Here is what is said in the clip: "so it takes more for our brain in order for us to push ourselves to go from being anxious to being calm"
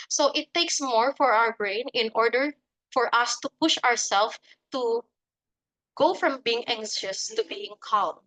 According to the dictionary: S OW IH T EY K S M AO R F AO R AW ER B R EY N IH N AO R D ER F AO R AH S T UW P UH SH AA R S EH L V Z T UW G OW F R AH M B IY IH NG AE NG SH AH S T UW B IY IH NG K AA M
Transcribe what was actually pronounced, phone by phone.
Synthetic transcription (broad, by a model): S OW IH T EY K S M AO R F AO R AW ER B R EY N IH N AO R D ER F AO R AH S T UW P UH SH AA R S EH L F T UW G OW F R AH M B IY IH NG AE NG SH AH S T UW B IY IH NG K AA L